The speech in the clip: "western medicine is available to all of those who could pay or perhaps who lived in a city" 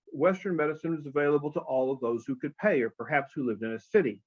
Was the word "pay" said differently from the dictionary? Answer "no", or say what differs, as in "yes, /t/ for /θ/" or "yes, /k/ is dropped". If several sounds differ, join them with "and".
no